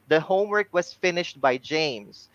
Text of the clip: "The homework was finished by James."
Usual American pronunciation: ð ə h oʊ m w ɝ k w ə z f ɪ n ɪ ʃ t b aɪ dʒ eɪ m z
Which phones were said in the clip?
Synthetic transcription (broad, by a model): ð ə h oʊ m w ɝ k w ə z f ɪ n ɪ ʃ t b aɪ dʒ eɪ m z